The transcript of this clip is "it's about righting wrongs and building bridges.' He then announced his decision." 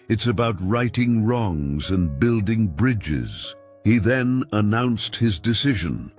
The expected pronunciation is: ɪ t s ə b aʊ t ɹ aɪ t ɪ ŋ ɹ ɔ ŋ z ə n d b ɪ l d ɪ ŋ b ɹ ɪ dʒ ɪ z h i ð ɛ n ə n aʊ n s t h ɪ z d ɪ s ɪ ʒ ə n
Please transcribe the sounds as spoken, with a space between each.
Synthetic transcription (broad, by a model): ɪ t s ə b aʊ t ɹ aɪ t ɪ ŋ ɹ ɔ ŋ z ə n b ɪ l d ɪ ŋ b ɹ ɪ dʒ ɪ z h i ð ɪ n ə n aʊ n s t h ɪ z d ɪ s ɪ ʒ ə n